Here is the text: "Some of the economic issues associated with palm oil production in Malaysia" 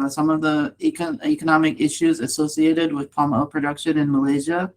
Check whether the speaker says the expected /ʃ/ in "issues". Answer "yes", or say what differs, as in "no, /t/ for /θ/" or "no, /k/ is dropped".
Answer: yes